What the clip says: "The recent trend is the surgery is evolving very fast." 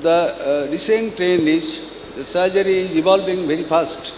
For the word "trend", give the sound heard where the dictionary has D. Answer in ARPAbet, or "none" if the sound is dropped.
none